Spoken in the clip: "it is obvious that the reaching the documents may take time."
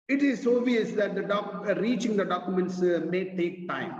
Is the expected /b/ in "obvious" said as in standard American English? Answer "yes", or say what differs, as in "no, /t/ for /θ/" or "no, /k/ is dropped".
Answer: no, /b/ is dropped